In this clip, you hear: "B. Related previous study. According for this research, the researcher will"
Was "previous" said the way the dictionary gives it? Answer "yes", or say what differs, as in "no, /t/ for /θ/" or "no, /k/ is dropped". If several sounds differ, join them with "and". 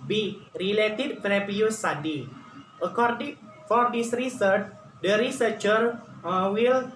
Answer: no, /f/ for /p/ and /p/ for /v/